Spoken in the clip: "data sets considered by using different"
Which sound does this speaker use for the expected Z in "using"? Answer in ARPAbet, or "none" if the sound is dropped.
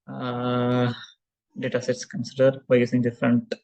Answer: S